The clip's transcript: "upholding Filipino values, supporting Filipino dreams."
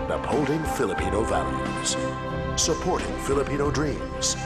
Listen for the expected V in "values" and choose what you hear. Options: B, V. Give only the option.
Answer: V